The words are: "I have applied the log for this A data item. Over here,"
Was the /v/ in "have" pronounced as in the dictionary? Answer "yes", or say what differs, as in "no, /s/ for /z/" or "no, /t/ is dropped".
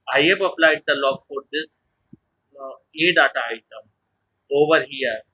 no, /p/ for /v/